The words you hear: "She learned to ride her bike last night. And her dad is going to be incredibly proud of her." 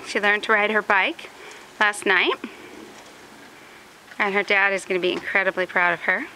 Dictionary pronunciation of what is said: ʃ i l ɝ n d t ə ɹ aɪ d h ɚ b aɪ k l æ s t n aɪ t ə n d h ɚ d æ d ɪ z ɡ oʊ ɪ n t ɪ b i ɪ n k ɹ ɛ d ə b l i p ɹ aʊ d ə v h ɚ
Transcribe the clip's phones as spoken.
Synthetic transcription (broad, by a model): ʃ i l ɝ n t ə ɹ aɪ d h ɚ b aɪ k l æ s t n aɪ t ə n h ɚ d æ d ɪ z ɡ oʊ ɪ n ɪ b i ɪ n k ɹ ɛ d ə b l i p ɹ aʊ d ə v ɚ